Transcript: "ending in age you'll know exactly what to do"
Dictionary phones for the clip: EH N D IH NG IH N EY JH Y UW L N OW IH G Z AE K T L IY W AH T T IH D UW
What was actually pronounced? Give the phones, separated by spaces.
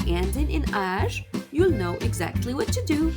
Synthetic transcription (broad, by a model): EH N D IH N IH N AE ZH Y UW L N OW IH G Z AE K T L IY W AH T T IH D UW